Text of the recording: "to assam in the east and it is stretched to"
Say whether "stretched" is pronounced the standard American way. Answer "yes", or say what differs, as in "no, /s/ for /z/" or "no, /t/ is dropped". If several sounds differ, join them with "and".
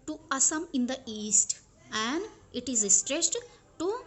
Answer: no, /s/ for /tʃ/